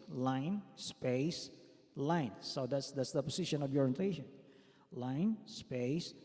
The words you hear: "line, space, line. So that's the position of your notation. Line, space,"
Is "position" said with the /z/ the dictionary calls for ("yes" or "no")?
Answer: no